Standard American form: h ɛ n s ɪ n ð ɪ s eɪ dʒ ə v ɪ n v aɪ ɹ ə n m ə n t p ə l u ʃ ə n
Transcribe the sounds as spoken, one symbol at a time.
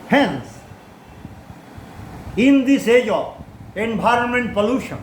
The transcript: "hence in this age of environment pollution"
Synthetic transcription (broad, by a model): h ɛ n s ɪ n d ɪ s eɪ dʒ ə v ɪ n b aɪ ɹ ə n m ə n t p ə l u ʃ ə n